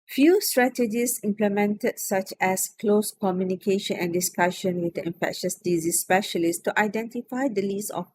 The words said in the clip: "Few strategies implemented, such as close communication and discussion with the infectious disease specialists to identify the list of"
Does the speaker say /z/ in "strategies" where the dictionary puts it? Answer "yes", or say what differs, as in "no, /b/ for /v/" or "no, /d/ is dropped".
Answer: no, /s/ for /z/